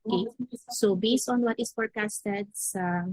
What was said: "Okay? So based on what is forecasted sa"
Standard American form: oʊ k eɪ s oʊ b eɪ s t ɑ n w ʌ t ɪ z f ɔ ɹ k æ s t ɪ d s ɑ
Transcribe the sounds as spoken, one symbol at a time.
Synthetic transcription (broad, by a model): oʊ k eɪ s oʊ b eɪ s t ɑ n w ʌ t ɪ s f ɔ ɹ k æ s t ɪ d s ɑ